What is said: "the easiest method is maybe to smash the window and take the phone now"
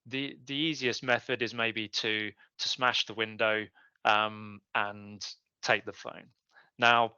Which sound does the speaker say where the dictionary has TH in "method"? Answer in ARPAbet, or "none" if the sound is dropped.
TH